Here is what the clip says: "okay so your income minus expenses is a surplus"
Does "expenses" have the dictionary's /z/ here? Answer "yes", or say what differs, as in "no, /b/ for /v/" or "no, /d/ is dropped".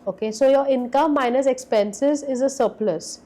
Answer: yes